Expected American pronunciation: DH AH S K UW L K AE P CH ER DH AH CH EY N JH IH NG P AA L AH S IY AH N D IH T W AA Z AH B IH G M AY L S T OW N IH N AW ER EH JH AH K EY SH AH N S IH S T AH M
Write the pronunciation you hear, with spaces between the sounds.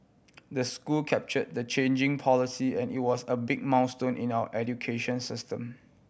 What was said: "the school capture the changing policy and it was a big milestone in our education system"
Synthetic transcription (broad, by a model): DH AH S K UW L K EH P CH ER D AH CH EY N JH IH NG P AA L AH S IY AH N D IH T W AA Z AH B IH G M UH N S T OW N IH N AW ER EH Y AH K EY SH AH N S IH S T AH M